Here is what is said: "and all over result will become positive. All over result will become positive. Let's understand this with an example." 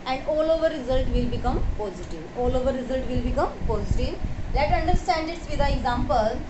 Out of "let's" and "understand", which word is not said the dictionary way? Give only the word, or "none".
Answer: let's